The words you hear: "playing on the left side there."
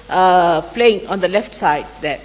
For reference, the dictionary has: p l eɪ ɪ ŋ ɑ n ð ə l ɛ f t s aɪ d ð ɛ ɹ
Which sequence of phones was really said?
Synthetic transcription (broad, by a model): p l eɪ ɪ ŋ ɑ n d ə l ɛ f t s aɪ d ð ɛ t